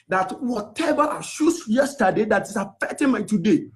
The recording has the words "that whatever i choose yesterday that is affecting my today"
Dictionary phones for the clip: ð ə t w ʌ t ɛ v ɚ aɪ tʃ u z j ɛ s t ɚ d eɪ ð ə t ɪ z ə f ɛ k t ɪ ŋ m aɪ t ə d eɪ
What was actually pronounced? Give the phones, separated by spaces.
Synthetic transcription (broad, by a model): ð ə t w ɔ t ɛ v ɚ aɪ ʃ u s j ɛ s t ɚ d eɪ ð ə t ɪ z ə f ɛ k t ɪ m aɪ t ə d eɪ